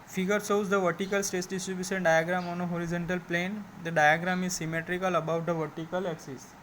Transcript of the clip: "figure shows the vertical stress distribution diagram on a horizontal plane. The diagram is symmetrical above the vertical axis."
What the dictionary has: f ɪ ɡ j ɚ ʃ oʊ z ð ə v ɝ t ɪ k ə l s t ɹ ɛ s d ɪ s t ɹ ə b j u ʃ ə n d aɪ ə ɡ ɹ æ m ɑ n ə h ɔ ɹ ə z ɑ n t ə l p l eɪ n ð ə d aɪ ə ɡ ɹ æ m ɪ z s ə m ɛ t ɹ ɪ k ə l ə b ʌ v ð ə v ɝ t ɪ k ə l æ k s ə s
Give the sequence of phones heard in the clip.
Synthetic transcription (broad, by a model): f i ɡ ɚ s oʊ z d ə v ɝ t ɪ k ə l s t ɛ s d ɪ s t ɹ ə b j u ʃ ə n d aɪ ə ɡ ɹ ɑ m ɑ n ə h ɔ ɹ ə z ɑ n t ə l p l eɪ n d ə d aɪ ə ɡ ɹ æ m ɪ z s ə m ɛ t ɹ ɪ k ə l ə b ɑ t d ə v ɝ t ɪ k ə l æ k s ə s